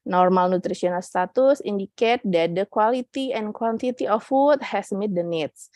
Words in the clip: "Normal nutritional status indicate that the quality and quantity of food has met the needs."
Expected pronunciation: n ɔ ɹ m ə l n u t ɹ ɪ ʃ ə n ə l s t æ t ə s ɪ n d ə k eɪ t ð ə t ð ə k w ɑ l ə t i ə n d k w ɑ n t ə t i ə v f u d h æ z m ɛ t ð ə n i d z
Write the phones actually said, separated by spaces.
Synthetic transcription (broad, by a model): n ɔ ɹ m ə l n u t ɹ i s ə n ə l s t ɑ t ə s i n d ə k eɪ t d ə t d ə k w ɑ l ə t i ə n k w ɑ n t ə t i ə f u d h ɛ s m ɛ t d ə n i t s